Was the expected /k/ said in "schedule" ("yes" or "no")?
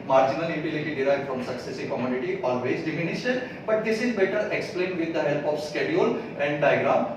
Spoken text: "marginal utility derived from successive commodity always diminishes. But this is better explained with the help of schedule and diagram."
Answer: yes